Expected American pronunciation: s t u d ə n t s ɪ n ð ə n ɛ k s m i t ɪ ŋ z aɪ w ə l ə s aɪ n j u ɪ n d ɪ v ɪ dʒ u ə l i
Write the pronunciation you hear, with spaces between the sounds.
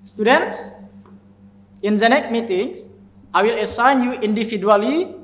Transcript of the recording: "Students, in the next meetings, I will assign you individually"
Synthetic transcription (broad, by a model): s t u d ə n t s ɪ n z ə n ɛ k m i t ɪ ŋ s aɪ w ə l ə s aɪ n j u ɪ n d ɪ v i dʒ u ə l i